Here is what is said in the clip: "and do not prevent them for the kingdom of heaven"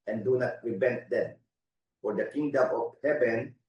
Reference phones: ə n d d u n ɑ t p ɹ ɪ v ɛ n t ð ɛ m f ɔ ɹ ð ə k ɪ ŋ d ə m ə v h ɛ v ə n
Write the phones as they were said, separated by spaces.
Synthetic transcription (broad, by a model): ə n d d u n ɑ t ɹ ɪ b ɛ n t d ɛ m f ɔ ɹ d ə k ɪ ŋ d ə m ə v h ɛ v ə n